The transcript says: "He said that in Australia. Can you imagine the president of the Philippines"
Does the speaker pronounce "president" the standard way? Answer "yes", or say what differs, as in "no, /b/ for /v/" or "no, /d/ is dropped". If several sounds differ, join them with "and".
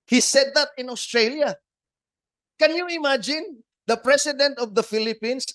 no, /s/ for /z/